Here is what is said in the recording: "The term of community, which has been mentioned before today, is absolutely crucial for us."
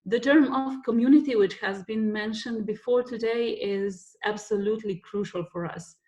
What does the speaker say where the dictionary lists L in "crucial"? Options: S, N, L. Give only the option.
L